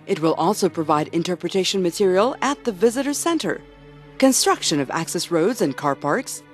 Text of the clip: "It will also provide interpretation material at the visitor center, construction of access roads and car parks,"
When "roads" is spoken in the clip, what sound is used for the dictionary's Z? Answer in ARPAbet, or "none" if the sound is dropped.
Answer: Z